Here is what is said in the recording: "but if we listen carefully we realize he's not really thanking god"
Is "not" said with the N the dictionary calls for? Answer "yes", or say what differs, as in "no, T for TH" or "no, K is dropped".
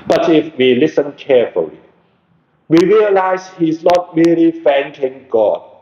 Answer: yes